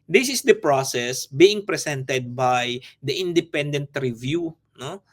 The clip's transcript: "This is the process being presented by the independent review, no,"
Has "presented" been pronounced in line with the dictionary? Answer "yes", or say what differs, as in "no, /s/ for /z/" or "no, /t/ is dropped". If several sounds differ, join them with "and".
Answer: no, /s/ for /z/